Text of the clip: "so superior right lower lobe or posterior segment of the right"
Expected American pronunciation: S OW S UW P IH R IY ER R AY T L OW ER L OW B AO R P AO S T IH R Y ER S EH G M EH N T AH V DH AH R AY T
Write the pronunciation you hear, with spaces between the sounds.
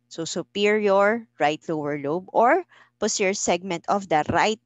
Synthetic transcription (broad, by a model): S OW S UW P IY R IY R R AY T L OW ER L OW B AO R P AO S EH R S EH G M EH N T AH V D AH R AY T